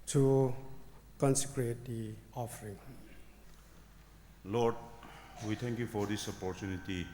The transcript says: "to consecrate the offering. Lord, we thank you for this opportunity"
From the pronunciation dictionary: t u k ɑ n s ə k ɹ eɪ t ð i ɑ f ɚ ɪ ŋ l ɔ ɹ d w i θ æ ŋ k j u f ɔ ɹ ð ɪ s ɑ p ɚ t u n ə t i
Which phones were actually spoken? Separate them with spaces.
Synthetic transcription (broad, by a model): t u k ɑ n s ə k ɹ eɪ t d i ɑ f ɚ ɪ ŋ l ɔ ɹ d w i t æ ŋ k j u f ɔ ɹ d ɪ s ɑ p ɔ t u n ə t i